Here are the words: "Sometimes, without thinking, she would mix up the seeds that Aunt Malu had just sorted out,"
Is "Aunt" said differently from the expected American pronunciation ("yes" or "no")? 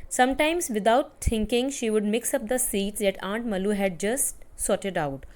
no